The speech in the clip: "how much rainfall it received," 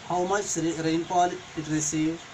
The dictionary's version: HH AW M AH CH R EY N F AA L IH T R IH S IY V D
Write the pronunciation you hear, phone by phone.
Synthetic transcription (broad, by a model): HH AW M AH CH R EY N P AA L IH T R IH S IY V